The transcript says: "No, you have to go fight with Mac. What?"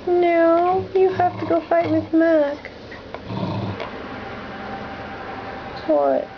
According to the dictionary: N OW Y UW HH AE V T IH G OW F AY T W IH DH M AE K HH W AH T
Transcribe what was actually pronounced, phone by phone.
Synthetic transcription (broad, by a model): N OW Y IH HH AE F T IH G OW F AY T W IH DH M AE K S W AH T